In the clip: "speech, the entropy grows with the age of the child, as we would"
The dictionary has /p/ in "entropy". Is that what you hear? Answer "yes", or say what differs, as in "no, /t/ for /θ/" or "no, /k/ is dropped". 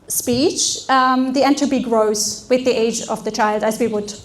no, /b/ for /p/